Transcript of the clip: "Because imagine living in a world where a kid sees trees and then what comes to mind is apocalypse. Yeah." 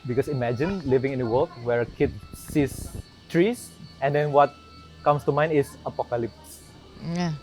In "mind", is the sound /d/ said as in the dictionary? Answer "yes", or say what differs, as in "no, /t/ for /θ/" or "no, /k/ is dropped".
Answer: no, /d/ is dropped